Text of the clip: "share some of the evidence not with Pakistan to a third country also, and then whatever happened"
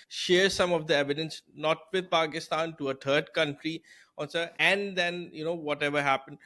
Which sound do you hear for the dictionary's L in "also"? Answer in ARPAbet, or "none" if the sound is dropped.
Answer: N